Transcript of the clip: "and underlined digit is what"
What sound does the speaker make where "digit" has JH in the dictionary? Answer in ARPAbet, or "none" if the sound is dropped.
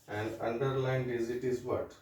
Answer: Z